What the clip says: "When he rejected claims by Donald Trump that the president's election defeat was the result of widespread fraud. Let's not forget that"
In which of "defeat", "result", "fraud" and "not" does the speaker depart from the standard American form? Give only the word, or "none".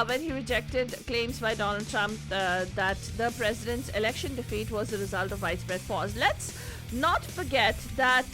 fraud